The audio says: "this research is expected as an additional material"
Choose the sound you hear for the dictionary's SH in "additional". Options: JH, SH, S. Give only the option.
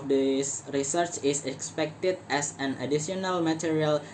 S